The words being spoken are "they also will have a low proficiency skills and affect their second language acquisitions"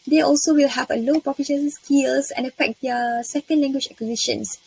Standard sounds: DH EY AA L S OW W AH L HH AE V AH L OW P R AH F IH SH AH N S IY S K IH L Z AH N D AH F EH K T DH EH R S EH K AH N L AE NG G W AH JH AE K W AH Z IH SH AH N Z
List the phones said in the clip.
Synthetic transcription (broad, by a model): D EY AA L S OW W AH L HH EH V AH L OW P AH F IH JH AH S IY S K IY L S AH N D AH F EH K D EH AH S EH K AH N L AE NG G W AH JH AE K W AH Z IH SH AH N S